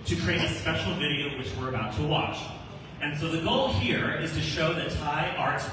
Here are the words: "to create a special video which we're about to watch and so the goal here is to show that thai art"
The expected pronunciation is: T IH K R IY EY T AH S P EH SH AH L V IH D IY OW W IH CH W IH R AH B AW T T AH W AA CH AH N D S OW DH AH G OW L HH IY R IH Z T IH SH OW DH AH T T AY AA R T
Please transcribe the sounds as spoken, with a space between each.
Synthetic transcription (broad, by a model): T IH K R IY EY T AH S P EH SH L V IH D IY OW W IH CH W IH R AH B AW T T AH W AA CH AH N S OW DH AH G OW L HH IY R IH Z T IH SH OW DH AH T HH AY AA R T